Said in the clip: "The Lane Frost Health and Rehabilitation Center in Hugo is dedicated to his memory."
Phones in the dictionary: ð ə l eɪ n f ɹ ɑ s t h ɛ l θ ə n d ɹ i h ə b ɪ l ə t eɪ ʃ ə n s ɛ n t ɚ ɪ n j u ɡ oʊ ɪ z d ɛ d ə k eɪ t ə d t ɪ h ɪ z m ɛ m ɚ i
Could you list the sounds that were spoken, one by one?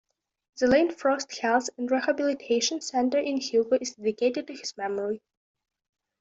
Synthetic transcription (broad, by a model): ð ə l eɪ n f ɹ ɑ s t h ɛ l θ ə n d ɹ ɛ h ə b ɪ l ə t eɪ ʃ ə n s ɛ n t ɚ ɪ n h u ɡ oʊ ɪ z d ɛ d ə k eɪ t ə d t ɪ h ɪ z m ɛ m ɚ i